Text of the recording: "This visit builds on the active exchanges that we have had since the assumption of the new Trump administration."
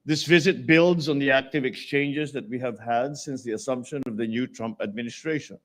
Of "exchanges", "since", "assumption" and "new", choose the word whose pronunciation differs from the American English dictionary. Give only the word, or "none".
none